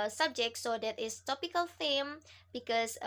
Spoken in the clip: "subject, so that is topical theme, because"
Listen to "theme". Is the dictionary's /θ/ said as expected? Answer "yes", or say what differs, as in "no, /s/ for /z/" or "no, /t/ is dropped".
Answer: no, /f/ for /θ/